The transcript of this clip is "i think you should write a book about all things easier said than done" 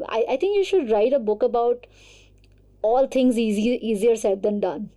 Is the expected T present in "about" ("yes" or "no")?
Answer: yes